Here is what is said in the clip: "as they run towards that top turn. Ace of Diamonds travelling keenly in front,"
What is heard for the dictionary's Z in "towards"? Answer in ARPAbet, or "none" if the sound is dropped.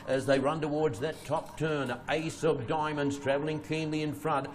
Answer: Z